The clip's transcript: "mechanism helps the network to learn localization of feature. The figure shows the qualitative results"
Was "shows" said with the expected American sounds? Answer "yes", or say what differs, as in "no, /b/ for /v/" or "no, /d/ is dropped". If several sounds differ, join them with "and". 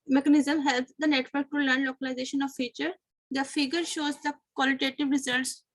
yes